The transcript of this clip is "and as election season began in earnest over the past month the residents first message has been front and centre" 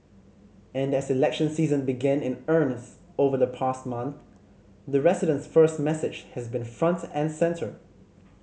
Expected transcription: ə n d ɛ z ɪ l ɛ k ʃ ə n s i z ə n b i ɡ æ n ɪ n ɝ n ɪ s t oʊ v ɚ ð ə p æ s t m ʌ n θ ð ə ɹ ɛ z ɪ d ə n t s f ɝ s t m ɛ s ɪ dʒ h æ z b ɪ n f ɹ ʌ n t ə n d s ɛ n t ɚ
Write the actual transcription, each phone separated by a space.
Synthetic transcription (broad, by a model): ə n d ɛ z ɪ l ɛ k ʃ ə n s i z ə n b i ɡ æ n ɪ n ɝ n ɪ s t oʊ v ɚ ð ə p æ s t m ʌ n θ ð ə ɹ ɛ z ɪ d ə n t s f ɝ s t m ɛ s ɪ dʒ h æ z b ɪ n f ɹ ʌ n t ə n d s ɛ n t ɚ